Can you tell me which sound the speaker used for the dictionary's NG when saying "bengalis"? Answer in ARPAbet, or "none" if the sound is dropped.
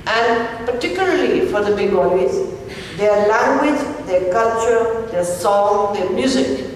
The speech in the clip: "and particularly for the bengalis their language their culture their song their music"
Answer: none